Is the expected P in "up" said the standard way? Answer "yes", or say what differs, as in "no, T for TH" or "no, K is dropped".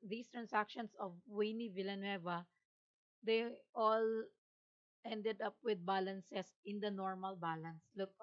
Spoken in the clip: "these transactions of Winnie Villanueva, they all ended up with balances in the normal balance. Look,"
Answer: yes